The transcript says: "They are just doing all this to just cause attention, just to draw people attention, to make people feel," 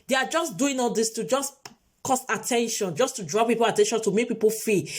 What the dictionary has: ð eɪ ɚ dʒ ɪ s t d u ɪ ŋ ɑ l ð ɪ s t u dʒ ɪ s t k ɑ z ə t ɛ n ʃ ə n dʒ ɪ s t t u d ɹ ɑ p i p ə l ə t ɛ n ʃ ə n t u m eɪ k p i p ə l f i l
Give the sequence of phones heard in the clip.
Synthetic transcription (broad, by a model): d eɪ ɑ dʒ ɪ s d u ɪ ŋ ɑ l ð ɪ s t u dʒ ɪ s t k ɑ s ə t ɛ n ʃ ə n dʒ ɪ s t t u d ɹ ɑ p i p ə l ə t ɛ n ʃ ə n t u m eɪ k p i p ə l f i